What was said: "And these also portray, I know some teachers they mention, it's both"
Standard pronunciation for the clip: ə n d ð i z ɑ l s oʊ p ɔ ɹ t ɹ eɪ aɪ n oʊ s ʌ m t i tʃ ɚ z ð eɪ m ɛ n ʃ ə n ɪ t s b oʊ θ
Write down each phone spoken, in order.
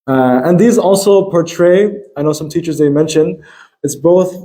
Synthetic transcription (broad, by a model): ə n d ð i z ɑ l s oʊ p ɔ ɹ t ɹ eɪ aɪ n oʊ s ʌ m t i tʃ ɚ z ð eɪ m ɛ n ʃ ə n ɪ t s b oʊ θ